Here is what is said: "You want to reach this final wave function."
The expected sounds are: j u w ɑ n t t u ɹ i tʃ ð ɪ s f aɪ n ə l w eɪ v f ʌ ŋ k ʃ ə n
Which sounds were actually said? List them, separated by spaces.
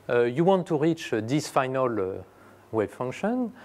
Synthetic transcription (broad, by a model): j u w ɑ n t t u ɹ i tʃ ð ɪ s f aɪ n ə l w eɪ b f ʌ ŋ k ʃ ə n